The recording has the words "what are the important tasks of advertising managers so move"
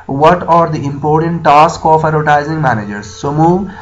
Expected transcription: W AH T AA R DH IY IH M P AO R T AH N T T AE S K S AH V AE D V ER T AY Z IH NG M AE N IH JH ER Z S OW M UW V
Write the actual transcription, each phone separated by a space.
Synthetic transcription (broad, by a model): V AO T AA R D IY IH M P AO R T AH N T T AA S K AH F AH D ER T AY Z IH NG M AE N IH JH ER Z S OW M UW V